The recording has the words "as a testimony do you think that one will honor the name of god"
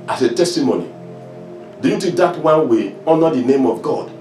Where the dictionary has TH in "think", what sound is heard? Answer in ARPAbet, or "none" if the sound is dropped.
T